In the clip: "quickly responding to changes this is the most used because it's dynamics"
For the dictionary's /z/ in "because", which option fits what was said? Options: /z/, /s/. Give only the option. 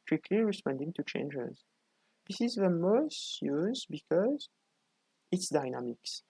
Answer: /z/